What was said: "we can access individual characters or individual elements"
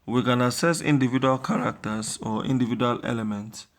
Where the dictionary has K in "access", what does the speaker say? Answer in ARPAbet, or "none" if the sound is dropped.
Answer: none